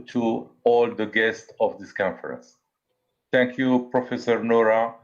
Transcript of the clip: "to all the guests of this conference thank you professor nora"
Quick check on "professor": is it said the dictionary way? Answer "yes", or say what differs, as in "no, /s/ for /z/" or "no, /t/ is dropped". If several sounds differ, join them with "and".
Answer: yes